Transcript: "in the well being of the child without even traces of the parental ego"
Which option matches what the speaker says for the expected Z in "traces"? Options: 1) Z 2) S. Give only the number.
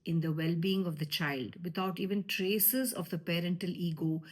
1